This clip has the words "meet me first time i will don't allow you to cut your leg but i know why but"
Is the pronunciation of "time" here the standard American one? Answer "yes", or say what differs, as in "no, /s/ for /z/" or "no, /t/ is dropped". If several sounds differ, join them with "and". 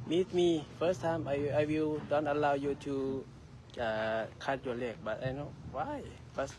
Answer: no, /m/ is dropped